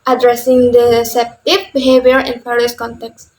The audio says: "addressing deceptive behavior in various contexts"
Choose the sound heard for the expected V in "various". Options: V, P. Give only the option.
P